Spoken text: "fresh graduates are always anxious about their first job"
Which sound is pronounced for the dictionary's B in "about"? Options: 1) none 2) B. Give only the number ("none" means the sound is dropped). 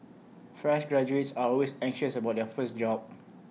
2